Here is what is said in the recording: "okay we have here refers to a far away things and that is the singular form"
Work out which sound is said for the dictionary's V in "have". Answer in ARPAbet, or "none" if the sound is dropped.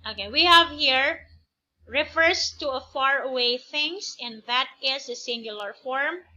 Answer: V